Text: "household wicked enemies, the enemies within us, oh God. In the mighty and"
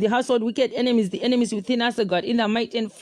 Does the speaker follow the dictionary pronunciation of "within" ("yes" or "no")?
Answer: yes